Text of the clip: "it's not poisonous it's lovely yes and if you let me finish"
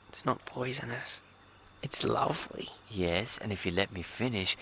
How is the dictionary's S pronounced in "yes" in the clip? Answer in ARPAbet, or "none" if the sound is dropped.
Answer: S